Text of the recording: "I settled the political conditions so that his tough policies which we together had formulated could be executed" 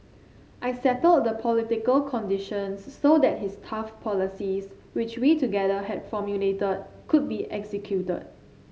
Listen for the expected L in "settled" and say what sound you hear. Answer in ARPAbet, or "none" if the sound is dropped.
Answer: L